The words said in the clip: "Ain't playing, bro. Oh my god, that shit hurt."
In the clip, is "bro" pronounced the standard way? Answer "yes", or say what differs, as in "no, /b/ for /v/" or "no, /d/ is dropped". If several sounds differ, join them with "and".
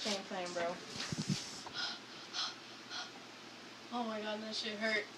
yes